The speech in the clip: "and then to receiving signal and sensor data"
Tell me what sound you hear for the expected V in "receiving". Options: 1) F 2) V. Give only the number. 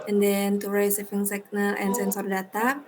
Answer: 1